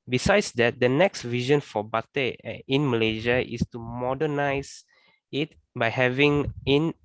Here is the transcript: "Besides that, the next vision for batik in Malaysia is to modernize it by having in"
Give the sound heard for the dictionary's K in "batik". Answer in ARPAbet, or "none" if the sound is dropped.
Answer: none